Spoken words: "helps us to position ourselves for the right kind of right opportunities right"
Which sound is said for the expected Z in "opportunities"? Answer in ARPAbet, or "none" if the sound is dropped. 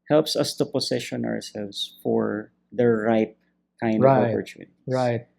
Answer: none